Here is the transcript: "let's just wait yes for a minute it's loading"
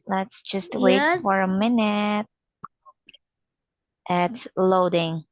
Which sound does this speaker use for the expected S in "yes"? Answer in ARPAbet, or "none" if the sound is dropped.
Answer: none